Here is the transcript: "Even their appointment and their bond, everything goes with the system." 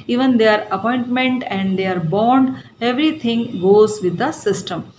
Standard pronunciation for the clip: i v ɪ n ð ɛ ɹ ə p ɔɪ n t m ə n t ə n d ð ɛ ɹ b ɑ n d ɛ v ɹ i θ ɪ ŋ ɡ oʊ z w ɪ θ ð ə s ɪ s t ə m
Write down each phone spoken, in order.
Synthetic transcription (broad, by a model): i v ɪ n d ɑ ɹ ə p ɔɪ n t m ə n t ə n d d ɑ ɹ b ɑ n d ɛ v ɹ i t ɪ ŋ ɡ oʊ z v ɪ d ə s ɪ s t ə m